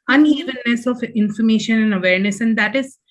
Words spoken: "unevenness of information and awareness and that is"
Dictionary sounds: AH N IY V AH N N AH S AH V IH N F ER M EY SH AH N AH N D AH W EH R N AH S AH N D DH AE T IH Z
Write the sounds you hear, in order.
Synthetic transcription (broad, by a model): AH N IY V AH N N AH S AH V IH N F ER M EY SH AH N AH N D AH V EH R N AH S AH N D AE T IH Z